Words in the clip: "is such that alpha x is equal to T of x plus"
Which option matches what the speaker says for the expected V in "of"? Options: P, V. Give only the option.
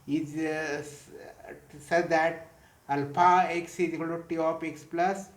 P